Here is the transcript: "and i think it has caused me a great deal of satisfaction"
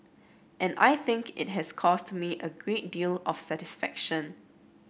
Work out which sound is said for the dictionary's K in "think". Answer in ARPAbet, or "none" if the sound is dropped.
K